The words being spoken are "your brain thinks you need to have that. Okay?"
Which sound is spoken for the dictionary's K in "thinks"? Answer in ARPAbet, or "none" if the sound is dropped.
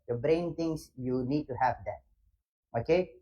none